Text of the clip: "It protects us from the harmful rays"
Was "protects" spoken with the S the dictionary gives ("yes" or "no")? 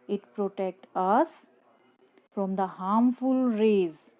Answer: no